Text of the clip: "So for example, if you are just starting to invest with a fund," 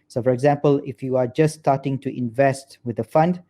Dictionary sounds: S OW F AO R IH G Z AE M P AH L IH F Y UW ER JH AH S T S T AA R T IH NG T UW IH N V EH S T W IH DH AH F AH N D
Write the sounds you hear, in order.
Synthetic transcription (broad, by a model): S OW F AO R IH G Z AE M P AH L IH F Y UW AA JH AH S S T AA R T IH NG T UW IH N V EH S T W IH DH AH F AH N D